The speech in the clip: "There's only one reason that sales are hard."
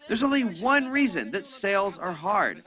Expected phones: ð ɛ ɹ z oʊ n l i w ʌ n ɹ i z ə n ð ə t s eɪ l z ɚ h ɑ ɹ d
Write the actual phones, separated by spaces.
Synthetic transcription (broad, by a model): ð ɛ ɹ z oʊ n l i w ʌ n ɹ i z ə n ð ə t s eɪ l z ɚ h ɑ ɹ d